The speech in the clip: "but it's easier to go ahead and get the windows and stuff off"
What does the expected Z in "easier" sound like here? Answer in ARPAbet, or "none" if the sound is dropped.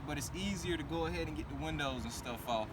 Z